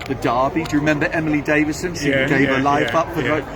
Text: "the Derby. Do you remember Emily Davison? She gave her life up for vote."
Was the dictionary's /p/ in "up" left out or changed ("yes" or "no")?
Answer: no